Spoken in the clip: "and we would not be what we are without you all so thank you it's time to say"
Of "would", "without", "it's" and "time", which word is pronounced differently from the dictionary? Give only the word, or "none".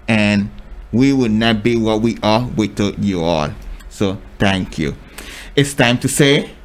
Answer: without